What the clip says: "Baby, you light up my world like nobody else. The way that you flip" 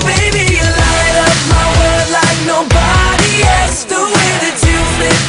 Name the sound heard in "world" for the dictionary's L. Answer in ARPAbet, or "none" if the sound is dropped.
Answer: none